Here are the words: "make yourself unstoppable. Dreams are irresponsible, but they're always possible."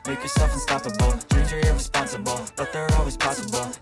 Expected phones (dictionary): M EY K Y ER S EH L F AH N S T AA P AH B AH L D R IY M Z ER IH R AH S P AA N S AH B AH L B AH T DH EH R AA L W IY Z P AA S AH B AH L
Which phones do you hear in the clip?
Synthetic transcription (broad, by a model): M EY K Y ER S EH L F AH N S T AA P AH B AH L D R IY Z ER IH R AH S P AA N S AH B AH L B AH T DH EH R AA L W IY Z P AA S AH B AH L